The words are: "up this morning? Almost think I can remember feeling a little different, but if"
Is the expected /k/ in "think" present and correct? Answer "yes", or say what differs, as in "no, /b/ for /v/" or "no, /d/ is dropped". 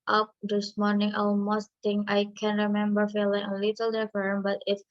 no, /k/ is dropped